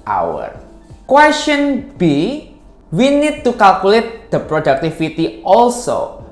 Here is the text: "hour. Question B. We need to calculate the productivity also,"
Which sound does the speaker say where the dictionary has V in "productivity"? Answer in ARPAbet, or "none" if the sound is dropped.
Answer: F